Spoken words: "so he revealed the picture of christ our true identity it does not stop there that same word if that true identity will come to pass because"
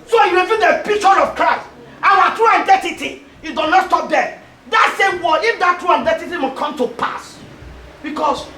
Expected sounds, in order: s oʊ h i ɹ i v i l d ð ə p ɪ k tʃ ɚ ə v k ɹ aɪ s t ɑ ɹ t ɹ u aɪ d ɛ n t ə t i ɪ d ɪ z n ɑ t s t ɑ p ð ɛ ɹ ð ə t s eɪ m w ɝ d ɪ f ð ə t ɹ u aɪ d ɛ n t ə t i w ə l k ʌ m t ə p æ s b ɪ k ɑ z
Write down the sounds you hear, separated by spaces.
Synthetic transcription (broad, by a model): s oʊ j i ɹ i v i d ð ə p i k tʃ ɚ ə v k ɹ aɪ s t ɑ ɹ t ɹ u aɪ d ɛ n t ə t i ɪ d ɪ n ɑ t s t ɑ p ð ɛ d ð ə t s eɪ m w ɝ ɪ f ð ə t ɹ u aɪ d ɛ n t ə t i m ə k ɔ m t ə p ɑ s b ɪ k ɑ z